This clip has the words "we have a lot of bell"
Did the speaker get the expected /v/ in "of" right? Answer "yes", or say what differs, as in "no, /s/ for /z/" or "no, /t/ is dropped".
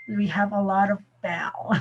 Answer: yes